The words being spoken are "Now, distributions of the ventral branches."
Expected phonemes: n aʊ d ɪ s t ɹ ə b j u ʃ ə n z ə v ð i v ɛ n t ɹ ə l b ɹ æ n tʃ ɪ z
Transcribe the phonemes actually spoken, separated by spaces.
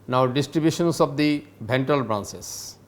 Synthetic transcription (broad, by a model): n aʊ d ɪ s t ɹ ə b j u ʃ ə n s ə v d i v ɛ n t ə l b ɹ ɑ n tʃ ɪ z